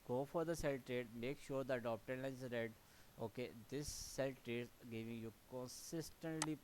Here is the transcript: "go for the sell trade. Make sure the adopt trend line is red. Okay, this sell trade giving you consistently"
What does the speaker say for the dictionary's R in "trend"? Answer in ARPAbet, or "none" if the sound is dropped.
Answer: none